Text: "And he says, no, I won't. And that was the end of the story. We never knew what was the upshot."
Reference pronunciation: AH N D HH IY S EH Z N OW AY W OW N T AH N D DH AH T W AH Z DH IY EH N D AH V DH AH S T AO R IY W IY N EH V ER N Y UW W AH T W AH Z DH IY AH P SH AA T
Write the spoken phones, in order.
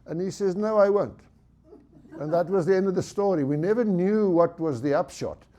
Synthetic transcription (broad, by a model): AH N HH IY S EH Z N OW AY W OW N T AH N DH AH T W AH Z DH IY EH N D AH V DH AH S T AO R IY W IY N EH V ER N Y UW W AH T W AH Z DH IY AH P SH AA T